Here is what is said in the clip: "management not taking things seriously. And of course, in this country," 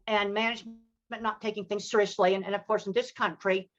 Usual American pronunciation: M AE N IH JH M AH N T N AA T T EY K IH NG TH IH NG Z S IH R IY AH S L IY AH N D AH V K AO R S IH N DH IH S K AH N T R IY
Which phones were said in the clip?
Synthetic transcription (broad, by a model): M AE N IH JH M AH N N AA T T EY K IH NG TH IH NG Z S IH R IY AH S L IY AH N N AH V K AO R S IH N DH IH S K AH N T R IY